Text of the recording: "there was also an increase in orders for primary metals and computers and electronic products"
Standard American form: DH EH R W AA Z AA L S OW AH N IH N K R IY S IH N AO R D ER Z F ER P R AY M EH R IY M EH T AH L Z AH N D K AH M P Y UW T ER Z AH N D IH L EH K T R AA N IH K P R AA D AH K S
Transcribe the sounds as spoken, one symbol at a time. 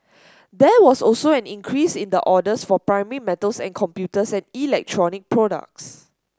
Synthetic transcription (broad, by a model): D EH W AA S AA L S OW AH N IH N K R IY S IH N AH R D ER S F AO P R AY M EH R IY M EH T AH L S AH N K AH M P Y UW T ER S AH N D IH L EH K T R AA N IH K P R AA D AH K S